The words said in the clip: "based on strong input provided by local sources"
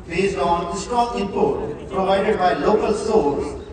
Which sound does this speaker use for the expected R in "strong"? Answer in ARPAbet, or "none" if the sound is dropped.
none